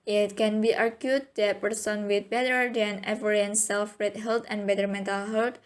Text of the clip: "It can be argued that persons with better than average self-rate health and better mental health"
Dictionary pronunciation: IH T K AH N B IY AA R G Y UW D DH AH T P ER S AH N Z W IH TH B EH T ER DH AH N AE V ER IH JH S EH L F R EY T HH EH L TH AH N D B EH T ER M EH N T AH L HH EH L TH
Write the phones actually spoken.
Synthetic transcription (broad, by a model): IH T K AH N B IY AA R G Y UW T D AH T P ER S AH N W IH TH B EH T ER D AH N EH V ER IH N S EH L F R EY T HH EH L T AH N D B EH T ER M EH N T AH L HH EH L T